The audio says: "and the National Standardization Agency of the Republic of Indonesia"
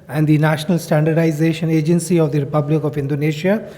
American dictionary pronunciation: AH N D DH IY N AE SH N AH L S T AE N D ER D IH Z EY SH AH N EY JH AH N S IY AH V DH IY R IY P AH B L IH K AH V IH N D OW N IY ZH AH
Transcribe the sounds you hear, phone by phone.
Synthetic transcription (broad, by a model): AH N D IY N AE SH N AH L S T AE N D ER D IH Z EY SH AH N EY JH AH N S IY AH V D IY R IY P AH B L IH K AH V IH N D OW N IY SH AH